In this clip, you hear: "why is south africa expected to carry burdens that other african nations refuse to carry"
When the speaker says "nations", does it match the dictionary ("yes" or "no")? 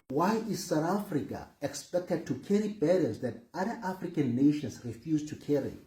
no